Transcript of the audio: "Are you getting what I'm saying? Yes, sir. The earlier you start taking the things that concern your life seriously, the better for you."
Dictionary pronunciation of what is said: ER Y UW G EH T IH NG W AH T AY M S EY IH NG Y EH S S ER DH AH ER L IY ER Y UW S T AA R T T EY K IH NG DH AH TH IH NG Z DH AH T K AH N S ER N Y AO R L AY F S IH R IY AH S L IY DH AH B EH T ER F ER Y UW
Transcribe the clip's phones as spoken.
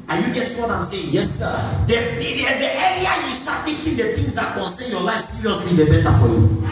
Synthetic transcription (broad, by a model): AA Y UW G EH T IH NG W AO T AY M S EY IH NG Y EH S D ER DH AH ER IY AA Y UW S T AA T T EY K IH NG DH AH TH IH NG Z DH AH T K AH N S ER N Y AO L AY F S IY R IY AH S L IY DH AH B EH T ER F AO Y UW